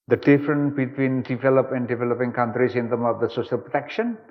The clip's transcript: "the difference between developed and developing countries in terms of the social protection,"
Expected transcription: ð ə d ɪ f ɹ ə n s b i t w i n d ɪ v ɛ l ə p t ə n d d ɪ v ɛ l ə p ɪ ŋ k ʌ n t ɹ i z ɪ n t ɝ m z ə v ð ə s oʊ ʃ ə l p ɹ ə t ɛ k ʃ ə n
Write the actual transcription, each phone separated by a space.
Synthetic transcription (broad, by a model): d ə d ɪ f ɹ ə n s b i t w i n d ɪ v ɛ l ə p ə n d d ɪ v ɛ l ə p ɪ ŋ k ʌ n t ɹ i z ɪ n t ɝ m ə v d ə s oʊ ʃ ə l p ɹ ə t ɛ k ʃ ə n